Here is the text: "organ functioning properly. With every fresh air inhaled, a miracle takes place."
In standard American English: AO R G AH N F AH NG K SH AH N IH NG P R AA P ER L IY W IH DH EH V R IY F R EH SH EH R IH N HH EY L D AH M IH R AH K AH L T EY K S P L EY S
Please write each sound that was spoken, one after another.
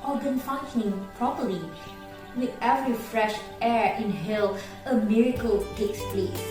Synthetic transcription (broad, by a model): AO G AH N F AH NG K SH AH N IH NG P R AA P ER L IY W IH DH EH V R IY F R EH SH EH R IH N HH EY L AH M IH R AH K AH L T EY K S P L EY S